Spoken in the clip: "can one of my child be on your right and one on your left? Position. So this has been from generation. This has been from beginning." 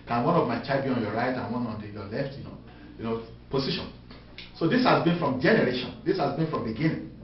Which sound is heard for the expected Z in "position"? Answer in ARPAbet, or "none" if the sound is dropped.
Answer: S